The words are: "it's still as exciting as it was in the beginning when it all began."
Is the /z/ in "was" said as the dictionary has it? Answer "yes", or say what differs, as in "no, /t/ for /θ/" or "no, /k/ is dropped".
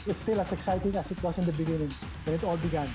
no, /s/ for /z/